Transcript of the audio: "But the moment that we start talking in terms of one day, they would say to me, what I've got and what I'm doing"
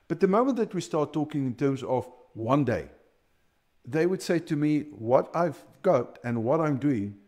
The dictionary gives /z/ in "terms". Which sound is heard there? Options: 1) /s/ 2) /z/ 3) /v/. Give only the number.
2